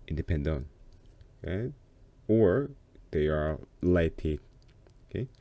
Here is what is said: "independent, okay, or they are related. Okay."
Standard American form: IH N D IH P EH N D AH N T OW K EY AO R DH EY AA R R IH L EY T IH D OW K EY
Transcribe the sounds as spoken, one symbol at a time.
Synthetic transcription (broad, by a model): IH N D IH P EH N D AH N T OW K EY AO R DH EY AA R L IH IH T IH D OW K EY